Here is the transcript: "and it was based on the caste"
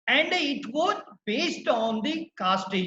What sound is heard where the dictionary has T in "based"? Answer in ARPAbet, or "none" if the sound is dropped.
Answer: T